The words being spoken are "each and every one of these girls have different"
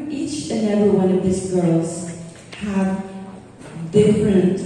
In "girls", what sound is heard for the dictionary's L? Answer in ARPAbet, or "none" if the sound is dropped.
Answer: L